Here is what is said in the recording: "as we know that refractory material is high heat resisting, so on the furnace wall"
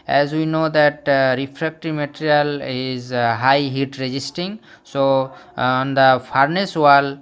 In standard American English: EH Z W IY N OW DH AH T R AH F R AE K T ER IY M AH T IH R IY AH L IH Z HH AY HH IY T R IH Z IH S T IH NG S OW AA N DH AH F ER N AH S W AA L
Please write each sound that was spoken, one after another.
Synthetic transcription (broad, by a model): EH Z W IY N OW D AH T R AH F R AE K T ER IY M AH T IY R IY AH L IH Z HH AY HH IY T R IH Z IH S T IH NG S OW AA N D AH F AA N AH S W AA L